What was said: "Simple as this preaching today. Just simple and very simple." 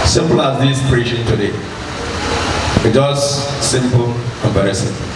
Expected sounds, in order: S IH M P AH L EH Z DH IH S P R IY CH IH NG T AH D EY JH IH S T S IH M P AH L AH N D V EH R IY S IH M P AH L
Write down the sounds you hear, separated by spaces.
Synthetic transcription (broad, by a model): S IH M P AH L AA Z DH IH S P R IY SH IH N T AH D EY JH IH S S IH M P AH L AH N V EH R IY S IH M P